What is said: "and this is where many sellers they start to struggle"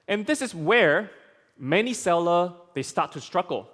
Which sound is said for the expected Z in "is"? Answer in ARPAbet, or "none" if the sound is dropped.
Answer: S